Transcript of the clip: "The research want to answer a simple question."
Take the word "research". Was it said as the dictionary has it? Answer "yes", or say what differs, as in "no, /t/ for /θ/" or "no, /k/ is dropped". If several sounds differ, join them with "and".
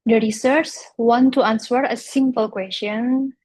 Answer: no, /s/ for /tʃ/